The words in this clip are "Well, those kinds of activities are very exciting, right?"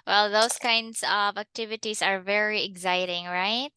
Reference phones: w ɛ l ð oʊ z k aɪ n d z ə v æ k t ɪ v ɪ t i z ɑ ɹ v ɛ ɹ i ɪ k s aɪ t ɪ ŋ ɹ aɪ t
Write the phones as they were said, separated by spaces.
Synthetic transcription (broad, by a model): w ɛ l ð oʊ s k aɪ n d s ə v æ k t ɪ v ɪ t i s ɑ ɹ v ɛ ɹ i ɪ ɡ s aɪ t ɪ ŋ ɹ aɪ t